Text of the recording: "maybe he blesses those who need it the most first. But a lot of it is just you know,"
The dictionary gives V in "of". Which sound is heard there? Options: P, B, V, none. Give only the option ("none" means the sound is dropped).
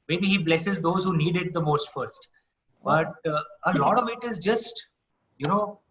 V